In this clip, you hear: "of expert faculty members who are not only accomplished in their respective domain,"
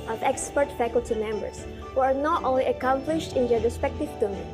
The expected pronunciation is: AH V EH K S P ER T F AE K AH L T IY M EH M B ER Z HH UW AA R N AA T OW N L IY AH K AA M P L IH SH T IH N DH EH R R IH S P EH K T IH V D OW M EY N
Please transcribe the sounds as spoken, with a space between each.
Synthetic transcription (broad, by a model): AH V EH K S P ER T F AE K AH L T IY M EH M B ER S HH UW AA R N AA T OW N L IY AH K AA M P L IH SH T IH N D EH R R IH S P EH K T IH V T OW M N